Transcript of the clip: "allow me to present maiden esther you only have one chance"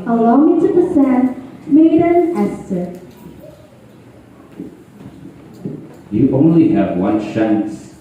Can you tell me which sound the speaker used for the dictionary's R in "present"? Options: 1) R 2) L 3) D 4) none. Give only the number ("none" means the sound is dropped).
4